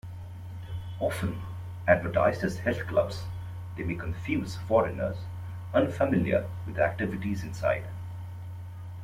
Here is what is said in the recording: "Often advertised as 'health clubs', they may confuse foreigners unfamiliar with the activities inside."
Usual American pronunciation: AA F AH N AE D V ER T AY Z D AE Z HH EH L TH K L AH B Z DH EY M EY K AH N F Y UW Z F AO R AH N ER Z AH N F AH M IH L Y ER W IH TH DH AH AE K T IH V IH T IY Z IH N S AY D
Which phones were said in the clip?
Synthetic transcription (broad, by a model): AA F AH N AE D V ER T AY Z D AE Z HH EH L T K L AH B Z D EY M EY K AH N F Y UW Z F AO R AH N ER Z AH N F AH M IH L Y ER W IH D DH AE K T IH V IH T IY Z IH N S AY D